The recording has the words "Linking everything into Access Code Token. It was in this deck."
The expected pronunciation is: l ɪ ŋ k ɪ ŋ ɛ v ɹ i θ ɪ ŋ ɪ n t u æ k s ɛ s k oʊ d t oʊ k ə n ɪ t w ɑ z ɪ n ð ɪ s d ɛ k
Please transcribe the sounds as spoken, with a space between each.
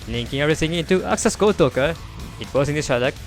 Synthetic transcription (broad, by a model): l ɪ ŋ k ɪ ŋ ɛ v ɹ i s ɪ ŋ ɪ n t u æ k s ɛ s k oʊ t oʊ k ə ɪ t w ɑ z ɪ n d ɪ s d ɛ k